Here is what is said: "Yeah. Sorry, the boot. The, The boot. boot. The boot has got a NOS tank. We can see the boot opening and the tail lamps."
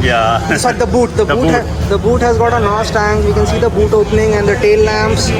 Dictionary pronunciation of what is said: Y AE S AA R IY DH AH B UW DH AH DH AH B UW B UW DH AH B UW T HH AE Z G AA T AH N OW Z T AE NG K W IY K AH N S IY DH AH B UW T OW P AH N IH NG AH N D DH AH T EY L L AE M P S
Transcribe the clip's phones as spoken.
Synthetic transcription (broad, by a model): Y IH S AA IY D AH B UW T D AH B UW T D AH B UW T HH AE Z G AA T AH N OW S T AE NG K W IY K AH N S IY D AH B UW T OW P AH N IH NG AH N D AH T EY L L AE M P S